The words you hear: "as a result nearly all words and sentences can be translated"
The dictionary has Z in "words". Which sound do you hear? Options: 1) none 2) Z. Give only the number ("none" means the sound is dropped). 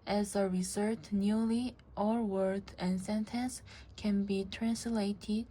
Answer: 1